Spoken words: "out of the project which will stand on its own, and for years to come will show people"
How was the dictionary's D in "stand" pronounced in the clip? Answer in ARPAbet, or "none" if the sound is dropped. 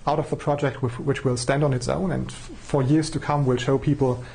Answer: D